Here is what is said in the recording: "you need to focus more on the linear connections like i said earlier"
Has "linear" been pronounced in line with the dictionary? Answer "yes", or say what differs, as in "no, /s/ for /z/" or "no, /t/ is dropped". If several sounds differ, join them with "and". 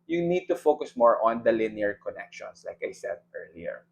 yes